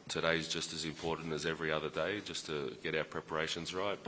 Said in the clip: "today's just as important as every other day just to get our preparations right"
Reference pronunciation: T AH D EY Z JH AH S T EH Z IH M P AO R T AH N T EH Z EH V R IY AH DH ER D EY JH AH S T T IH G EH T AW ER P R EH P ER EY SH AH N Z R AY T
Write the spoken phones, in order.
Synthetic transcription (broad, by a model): T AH D EY Z JH AH S T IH Z IH M P AO R T N T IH Z EH V R IY AH DH ER D EY JH AH S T T IH G EH T AW ER P R EH P ER EY SH AH N Z R AY T